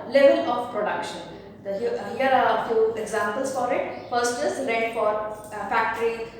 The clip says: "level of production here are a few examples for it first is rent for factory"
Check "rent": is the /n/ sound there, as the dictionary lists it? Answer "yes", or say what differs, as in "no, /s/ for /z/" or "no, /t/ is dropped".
no, /n/ is dropped